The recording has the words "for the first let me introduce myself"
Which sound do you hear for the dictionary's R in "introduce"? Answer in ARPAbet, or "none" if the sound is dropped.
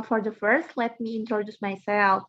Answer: R